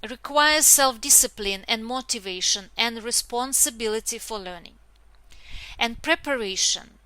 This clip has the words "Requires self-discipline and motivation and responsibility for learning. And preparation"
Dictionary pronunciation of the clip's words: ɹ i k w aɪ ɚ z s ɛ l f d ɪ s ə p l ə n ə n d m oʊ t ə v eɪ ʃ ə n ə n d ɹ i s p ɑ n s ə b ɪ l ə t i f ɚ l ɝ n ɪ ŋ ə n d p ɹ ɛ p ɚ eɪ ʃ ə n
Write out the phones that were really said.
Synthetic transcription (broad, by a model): ɹ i k w aɪ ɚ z s ɛ l f d ɪ s ə p l ə n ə n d m oʊ t ə v eɪ ʃ ə n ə n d ɹ i s p ɑ n s ə b ɪ l ə t i f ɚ l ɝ n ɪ ŋ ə n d p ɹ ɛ p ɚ eɪ ʃ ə n